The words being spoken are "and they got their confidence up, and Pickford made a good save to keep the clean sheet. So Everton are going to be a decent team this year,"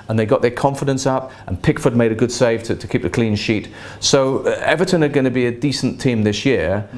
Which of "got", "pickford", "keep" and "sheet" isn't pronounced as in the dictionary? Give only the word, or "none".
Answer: none